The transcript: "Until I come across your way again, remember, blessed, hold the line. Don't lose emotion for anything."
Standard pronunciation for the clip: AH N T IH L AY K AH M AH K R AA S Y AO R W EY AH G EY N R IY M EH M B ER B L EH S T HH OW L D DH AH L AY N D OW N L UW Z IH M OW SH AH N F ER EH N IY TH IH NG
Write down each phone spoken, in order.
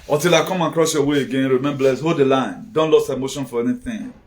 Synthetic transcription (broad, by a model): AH T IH L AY K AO M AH K R AA S Y AO W EY AH G EY N R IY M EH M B B L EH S HH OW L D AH L AY N D OW N L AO S IH M OW SH AH N F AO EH N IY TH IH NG